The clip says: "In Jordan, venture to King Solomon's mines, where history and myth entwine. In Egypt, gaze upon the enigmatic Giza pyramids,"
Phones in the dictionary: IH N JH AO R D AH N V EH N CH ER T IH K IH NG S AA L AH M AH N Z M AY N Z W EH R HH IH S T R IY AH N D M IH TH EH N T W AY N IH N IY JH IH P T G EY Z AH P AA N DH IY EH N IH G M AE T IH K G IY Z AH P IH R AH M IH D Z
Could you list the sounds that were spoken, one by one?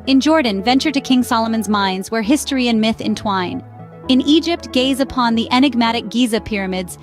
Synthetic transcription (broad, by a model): IH N JH AO R D N V EH N CH ER T IH K IH NG S AA L AH M AH N Z M AY N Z W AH R HH IH S T R IY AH N M IH TH EH N T W AY N IH N IY JH IH P T G EY Z AH P AA N DH IY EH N IH G M AE T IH K G IY Z AH P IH R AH M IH D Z